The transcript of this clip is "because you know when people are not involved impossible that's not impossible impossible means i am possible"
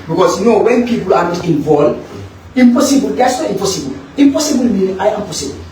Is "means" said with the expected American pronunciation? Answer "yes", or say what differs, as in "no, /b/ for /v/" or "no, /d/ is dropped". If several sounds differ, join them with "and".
no, /z/ is dropped